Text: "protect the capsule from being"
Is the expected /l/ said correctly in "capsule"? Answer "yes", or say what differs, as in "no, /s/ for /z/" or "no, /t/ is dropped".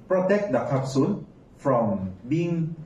no, /n/ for /l/